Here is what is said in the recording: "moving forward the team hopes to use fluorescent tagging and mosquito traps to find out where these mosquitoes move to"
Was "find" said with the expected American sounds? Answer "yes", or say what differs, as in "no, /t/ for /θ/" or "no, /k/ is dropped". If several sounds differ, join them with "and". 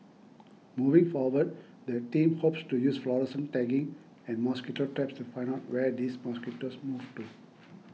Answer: no, /d/ is dropped